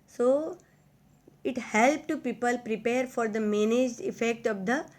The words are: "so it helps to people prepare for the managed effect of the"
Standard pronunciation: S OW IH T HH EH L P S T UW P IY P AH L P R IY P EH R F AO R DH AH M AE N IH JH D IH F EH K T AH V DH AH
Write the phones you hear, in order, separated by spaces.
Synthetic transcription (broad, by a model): S OW IH T HH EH L P T UW P IY P AH L P R IY P EH R F AO R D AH M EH N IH JH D IH F EH K T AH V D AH